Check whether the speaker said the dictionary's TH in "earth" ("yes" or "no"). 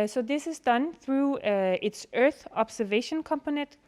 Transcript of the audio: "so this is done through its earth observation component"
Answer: yes